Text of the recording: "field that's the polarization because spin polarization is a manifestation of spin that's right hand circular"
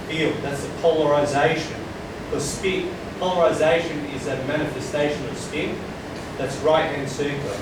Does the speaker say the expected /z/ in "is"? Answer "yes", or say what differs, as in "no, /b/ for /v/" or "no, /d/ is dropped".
yes